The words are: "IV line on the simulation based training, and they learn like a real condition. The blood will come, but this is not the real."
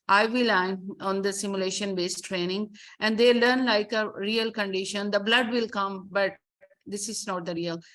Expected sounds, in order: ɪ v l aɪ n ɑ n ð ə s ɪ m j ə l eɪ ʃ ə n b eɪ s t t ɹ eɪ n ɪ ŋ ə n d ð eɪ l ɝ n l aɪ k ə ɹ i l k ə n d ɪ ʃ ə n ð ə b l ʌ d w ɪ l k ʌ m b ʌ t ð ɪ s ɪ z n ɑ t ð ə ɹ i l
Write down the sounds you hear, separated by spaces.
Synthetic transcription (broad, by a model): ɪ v l aɪ n ɑ n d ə s ɪ m j ə l eɪ ʃ ə n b eɪ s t t ɹ eɪ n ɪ ŋ ə n d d eɪ l ɝ n l aɪ k ə ɹ i l k ə n d ɪ ʃ ə n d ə b l ʌ d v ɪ l k ʌ m b ʌ t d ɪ s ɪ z n ɑ t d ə ɹ i l